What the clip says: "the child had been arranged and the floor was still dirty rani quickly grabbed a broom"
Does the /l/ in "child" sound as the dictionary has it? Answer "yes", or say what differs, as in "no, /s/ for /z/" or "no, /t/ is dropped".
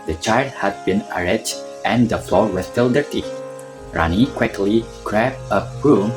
yes